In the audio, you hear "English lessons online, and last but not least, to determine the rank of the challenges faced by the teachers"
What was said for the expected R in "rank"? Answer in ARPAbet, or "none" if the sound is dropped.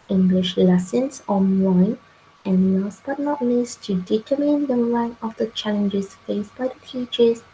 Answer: L